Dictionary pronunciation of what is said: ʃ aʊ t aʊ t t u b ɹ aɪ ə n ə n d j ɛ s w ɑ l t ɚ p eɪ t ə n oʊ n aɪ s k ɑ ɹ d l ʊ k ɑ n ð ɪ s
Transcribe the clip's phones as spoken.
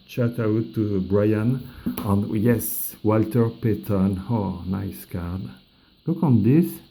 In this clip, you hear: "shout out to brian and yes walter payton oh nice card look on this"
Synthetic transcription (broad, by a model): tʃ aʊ t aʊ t t u b ɹ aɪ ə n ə n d j ɛ s w ɑ l t ɚ p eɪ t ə n oʊ n aɪ s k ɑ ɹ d l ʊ k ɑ n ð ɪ s